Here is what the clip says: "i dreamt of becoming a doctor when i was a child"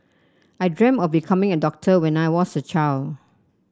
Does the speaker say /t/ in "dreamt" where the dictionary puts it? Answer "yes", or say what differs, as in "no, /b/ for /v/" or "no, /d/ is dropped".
no, /t/ is dropped